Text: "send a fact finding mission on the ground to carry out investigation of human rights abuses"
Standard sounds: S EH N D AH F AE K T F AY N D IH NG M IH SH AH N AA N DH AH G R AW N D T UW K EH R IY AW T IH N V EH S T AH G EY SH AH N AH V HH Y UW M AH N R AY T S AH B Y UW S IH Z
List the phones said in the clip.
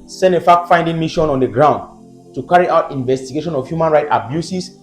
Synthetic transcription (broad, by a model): S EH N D AH F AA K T F AY N D IH NG M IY SH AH N AA N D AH G R AW N D T UW K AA R IY AW T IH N V EH S T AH G EY SH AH N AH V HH Y UW M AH N R AY T AH B Y UW S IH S